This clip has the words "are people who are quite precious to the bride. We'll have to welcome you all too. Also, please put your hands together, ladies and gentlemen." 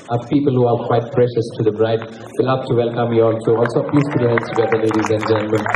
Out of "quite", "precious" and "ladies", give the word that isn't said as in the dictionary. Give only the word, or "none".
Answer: none